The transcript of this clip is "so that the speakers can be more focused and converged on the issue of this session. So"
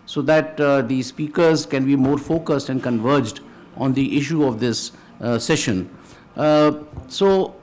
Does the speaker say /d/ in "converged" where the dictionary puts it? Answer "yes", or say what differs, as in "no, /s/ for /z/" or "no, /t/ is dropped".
yes